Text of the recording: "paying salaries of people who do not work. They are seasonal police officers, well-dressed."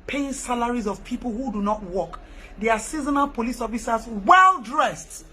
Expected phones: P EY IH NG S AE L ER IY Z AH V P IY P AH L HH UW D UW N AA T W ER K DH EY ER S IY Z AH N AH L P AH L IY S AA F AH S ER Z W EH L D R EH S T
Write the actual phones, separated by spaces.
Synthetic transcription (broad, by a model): P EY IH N S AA L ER IY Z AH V P IY P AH L HH UW D UW N AA T W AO K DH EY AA S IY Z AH N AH N P AH L IY S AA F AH S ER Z W EH L D R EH S T